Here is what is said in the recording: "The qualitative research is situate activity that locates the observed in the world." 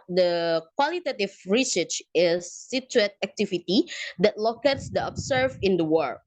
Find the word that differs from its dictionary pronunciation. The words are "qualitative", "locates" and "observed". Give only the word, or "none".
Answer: observed